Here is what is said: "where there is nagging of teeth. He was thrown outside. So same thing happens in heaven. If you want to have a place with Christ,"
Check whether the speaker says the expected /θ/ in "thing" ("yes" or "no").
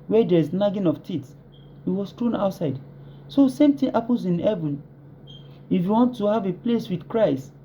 no